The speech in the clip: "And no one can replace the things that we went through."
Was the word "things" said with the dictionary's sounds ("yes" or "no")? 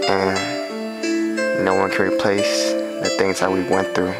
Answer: yes